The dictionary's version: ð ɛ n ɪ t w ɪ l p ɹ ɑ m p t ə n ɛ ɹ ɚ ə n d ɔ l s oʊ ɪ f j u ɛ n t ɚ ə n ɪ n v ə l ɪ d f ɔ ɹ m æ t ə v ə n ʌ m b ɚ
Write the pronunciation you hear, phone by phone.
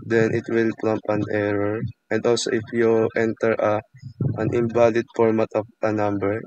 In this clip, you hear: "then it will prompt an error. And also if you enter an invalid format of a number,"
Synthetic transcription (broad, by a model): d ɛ n ɪ t w ɪ l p l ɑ m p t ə n ɛ ɹ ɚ ə n d ɔ l s oʊ ɪ f j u ɛ n t ɚ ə n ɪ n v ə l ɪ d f ɔ ɹ m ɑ t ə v ə n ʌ m b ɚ